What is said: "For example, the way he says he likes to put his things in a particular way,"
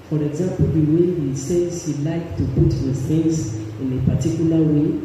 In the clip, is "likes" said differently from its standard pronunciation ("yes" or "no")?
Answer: yes